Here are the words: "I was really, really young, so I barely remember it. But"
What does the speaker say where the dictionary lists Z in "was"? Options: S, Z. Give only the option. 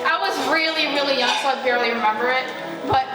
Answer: Z